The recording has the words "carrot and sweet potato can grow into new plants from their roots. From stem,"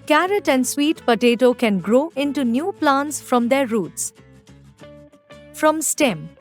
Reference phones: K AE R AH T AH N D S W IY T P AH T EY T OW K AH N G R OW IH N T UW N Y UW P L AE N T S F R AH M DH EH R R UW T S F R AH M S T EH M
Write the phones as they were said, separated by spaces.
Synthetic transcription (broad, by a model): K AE R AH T AH N D S W IY T P AH T EY T OW K AH N G R OW IH N T UW N Y UW P L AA N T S F R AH M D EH R R UW T S F R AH M S T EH M